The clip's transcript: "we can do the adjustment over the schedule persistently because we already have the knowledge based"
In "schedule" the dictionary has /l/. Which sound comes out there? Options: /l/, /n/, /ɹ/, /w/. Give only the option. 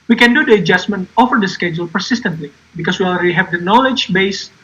/l/